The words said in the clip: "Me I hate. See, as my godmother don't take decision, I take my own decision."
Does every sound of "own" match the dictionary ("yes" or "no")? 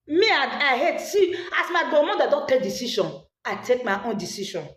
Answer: yes